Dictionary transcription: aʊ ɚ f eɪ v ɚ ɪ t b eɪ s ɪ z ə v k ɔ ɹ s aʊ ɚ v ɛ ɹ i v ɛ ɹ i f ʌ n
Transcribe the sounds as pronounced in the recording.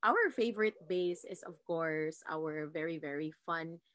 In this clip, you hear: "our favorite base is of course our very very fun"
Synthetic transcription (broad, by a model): aʊ ɚ f eɪ v ɚ ɪ t b eɪ s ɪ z ə v k ɔ ɹ s aʊ ɚ v ɛ ɹ i v ɛ ɹ i f ʌ n